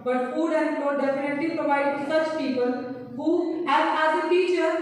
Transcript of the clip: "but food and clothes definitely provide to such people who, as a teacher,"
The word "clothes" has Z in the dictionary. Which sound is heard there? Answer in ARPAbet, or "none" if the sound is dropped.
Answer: none